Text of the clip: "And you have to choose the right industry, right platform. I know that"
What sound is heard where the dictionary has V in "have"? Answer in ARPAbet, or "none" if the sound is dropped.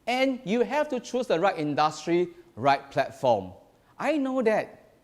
F